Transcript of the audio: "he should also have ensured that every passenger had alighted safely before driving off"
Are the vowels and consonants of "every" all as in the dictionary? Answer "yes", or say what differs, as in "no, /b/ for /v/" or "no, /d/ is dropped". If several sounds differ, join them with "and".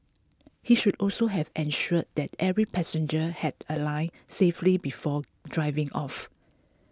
yes